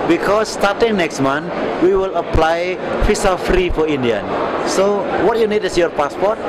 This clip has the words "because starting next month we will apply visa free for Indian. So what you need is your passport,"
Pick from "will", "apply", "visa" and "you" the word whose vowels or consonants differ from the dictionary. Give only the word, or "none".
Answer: visa